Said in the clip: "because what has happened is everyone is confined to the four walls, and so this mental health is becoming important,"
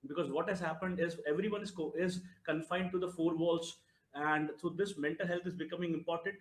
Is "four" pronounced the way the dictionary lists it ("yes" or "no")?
yes